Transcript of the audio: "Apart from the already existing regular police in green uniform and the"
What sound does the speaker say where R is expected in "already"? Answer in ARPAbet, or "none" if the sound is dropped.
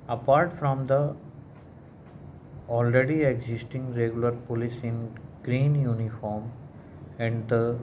R